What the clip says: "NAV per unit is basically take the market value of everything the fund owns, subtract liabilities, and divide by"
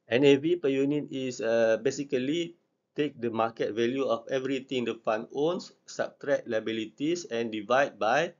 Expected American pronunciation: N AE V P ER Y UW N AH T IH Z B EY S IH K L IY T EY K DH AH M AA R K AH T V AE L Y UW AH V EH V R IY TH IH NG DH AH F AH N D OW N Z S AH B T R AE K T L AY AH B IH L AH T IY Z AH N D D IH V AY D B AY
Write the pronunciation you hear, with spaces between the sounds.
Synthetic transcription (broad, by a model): N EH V P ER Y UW N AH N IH S B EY S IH K L IY T EY K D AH M AA K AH T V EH L Y UW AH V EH V R IY T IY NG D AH F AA N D OW N S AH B T R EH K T L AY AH B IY L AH T IY S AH N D D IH V AY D B AY